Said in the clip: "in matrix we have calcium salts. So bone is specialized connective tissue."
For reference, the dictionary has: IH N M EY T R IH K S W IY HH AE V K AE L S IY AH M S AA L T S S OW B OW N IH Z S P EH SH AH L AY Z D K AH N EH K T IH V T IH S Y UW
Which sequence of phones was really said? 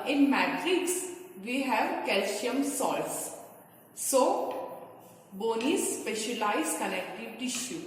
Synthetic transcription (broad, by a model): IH N M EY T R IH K S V IY HH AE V K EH L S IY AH M S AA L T S S OW B OW N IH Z S P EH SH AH L AY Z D K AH L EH K T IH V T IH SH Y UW